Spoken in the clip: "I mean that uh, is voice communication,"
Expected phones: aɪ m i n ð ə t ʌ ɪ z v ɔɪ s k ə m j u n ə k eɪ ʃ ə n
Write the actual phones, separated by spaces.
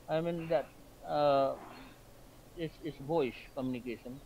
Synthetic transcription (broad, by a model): aɪ m i n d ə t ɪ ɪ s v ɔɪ ʃ k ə m j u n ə k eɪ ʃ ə n